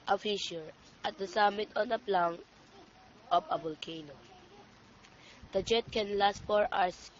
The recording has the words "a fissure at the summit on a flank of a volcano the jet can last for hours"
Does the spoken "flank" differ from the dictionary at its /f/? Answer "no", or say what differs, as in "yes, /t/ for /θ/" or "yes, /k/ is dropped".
yes, /p/ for /f/